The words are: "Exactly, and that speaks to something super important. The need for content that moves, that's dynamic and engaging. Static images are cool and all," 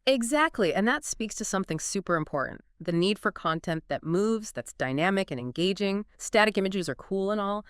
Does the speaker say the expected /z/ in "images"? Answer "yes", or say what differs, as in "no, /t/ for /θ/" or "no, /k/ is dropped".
yes